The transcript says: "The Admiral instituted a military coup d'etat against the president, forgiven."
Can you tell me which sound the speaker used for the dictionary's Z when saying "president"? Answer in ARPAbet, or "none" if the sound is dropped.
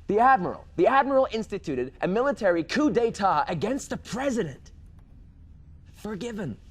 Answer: Z